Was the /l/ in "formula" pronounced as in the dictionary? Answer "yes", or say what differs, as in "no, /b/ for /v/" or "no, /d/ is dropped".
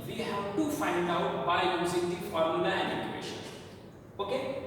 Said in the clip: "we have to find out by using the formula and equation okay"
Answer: no, /n/ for /l/